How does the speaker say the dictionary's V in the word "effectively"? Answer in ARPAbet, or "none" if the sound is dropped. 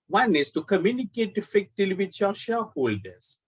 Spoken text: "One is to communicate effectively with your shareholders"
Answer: none